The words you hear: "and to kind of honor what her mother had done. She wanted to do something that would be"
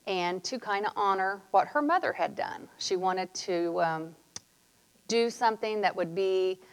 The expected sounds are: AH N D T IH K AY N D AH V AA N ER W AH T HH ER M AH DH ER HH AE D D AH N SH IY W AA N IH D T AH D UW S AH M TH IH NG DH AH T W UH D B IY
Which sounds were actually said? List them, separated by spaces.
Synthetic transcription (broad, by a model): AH N T IH K AY N D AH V AA N ER W AH T HH ER M AH DH ER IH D D AH N SH IY W AA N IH D T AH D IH S AH M TH IH NG DH AH T W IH D B IY